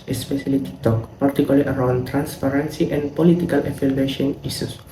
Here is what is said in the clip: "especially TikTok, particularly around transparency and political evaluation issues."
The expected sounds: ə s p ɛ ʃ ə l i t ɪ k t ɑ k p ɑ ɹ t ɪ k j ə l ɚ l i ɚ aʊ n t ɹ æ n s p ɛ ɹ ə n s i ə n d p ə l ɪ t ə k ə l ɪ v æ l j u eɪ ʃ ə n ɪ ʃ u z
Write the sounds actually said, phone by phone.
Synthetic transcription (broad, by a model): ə s p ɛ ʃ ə l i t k t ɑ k p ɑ ɹ t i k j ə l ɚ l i ɚ aʊ n t ɹ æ n s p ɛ ɹ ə n s i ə n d p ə l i t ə k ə l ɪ f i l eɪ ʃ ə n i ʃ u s